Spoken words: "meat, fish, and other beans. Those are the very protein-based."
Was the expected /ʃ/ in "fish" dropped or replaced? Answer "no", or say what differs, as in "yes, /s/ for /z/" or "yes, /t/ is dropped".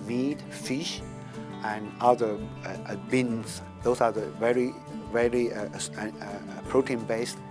no